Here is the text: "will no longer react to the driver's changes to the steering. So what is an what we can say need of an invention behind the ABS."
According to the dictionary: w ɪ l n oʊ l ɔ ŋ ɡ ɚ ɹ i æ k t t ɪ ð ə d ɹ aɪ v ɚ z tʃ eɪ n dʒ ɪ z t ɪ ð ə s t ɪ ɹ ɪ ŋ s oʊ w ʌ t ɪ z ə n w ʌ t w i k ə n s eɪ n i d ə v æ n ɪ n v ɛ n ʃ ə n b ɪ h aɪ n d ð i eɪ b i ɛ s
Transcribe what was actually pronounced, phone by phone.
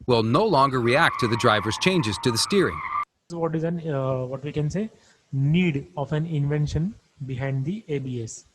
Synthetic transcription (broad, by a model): w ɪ l n oʊ l ɔ ŋ ɡ ɚ ɹ i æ k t t ɪ ð ə d ɹ aɪ v ɚ z tʃ eɪ n dʒ ɪ z t ɪ ð ə s t ɪ ɹ ɪ ŋ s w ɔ t ɪ z ə n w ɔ t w i k ə n s eɪ n i d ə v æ n ɪ n v ɛ n ʃ ə n b ɪ h aɪ n d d i eɪ b i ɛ s